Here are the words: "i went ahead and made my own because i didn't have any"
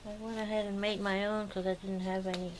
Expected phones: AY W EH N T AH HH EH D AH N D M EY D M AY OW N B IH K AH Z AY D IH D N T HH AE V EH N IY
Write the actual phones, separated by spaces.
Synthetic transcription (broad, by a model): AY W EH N AH HH EH D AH N M EY D M AY OW N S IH AH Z AY D IH D N T HH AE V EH N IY